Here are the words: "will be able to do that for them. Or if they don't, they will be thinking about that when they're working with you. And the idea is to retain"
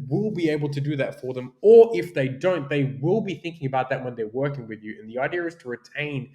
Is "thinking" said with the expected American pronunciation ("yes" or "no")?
yes